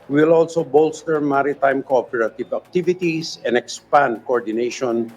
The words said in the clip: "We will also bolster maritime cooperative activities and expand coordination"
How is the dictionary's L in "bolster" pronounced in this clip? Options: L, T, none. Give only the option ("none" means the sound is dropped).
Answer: L